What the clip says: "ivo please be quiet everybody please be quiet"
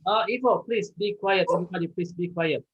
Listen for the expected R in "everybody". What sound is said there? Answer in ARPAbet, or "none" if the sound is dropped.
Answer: none